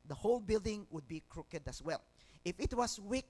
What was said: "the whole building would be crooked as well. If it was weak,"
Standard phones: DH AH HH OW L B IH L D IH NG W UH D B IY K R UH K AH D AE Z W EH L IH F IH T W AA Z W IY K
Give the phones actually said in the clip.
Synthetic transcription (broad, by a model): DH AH HH OW L B IH L D IH NG W UH D B IY K R UH K AH D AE S W EH L IH F IH T W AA S W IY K